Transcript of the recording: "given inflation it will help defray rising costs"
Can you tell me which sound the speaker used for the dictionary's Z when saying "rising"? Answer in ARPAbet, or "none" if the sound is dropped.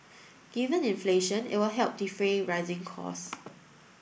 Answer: Z